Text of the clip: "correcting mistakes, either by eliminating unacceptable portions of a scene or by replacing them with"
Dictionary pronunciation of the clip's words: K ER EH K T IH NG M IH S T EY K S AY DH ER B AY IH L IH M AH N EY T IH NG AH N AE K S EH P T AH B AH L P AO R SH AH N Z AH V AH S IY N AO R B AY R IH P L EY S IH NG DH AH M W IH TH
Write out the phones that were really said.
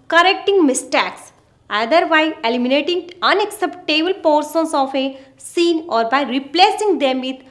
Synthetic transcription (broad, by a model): K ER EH K T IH NG M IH S T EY K S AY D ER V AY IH L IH M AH N EY T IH NG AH N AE K S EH P T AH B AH L P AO R S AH N S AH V AH S IY N AO R B AY R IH P L EY S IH NG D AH M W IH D